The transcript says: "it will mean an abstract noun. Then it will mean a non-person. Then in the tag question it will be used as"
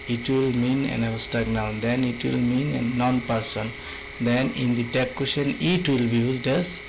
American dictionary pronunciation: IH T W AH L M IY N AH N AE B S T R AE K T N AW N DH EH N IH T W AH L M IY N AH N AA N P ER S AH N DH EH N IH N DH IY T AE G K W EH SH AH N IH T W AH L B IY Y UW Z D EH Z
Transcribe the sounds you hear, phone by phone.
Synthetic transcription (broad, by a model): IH T W AH L M IY N AH N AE S T AA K N AW N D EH N IH T W AH L M IY N AH N AA N P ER S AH N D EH N IH N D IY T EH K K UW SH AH N IH T W AH L B IY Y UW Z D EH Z